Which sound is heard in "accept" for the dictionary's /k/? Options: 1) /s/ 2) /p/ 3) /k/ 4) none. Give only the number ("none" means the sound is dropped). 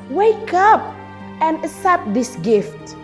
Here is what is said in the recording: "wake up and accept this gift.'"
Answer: 4